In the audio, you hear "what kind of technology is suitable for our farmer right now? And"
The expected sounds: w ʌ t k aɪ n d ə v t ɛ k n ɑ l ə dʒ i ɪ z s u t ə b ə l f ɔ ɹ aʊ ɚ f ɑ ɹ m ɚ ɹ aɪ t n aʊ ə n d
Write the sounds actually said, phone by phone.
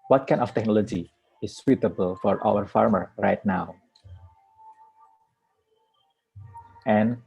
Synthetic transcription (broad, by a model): w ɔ t k aɪ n ə f t ɛ k n ɑ l ə dʒ i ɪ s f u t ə b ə l f ɔ ɹ aʊ ɚ f ɑ ɹ m ɚ ɹ aɪ t n aʊ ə n